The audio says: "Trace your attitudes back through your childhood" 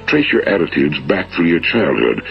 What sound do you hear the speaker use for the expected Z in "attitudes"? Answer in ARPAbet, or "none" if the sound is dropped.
Z